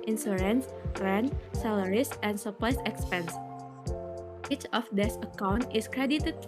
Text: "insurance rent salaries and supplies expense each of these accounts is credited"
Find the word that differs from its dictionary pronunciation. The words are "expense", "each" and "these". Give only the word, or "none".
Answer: these